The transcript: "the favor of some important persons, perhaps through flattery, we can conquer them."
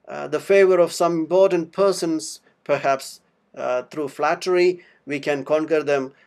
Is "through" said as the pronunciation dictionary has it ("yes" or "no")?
no